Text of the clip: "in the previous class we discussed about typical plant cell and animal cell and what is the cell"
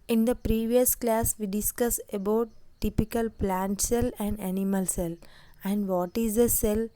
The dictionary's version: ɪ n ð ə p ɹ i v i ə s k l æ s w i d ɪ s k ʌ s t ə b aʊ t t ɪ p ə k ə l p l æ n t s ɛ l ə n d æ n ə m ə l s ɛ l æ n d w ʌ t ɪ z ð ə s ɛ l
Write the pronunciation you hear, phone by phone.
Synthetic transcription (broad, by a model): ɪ n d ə p ɹ i v i ə s k l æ s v i d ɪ s k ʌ s ə b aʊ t t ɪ p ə k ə l p l æ n t s ɛ l ə n d æ n ə m ə l s ɛ l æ n d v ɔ t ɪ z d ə s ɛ l